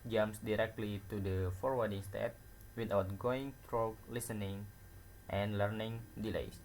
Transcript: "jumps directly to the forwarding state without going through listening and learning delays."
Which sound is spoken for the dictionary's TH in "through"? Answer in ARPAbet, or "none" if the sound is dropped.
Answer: T